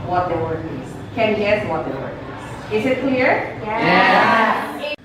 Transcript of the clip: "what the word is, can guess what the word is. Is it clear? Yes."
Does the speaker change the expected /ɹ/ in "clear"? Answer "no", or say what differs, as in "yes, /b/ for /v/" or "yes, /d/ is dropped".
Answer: no